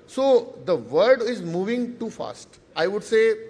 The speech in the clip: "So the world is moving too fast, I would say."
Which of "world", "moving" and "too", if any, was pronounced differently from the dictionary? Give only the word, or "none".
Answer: world